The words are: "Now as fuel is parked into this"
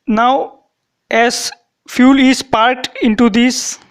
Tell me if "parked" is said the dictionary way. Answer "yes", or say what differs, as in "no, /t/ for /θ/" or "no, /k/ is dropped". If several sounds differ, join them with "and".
no, /k/ is dropped